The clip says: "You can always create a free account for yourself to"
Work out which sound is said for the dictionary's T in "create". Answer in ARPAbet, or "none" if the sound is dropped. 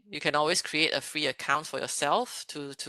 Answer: T